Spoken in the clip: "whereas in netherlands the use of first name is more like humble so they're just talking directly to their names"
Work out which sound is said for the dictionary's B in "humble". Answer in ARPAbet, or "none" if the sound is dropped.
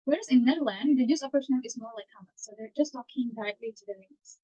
none